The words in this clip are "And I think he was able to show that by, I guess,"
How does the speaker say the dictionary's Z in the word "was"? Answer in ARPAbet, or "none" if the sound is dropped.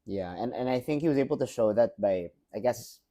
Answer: Z